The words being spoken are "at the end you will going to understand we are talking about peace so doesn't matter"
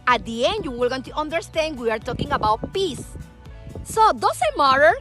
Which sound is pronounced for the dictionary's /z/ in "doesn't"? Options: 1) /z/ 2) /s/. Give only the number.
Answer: 2